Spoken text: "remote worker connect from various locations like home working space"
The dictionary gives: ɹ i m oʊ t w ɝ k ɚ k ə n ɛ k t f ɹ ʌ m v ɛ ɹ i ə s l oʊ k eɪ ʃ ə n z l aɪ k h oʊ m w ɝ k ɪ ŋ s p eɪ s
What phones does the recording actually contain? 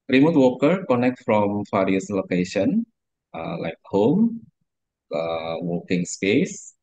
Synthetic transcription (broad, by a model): ɹ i m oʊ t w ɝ k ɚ k ə n ɛ k t f ɹ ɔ m f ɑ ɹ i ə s l oʊ k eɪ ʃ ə n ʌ l aɪ k h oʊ m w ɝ k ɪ ŋ s p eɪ s